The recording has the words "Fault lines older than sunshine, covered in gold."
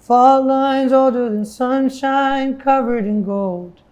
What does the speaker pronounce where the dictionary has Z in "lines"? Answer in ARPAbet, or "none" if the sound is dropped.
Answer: Z